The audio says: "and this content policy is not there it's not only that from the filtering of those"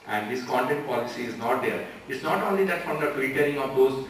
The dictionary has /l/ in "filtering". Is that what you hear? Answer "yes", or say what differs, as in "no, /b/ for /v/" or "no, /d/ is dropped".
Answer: no, /l/ is dropped